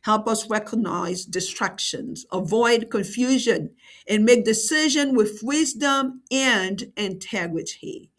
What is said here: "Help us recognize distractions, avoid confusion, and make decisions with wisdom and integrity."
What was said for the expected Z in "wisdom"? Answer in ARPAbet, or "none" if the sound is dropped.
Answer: Z